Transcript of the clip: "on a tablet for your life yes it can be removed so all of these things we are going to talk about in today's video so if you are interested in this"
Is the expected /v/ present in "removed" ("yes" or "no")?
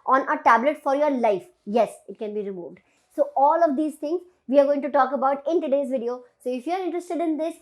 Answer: yes